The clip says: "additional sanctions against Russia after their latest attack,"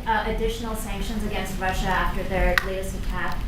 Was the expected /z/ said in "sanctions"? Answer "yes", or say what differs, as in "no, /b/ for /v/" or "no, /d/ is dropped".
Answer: yes